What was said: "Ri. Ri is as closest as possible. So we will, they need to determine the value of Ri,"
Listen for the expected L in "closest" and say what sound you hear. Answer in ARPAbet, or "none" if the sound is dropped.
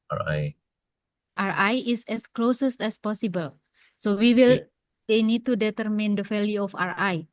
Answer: L